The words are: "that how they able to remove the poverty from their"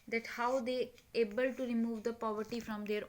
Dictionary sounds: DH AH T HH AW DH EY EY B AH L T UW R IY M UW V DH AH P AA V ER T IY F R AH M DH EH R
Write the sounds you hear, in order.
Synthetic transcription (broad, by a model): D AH T HH AW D EY EY B AH L T UW R IY M UW V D AH P AA V ER T IY F R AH M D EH R